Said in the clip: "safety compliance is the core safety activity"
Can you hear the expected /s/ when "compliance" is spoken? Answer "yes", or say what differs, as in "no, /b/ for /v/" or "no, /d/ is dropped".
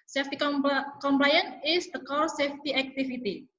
no, /s/ is dropped